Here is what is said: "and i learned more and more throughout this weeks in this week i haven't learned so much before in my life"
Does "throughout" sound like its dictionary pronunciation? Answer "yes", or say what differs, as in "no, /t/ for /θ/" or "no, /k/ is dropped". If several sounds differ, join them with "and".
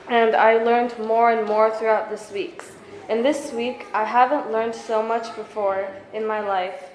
yes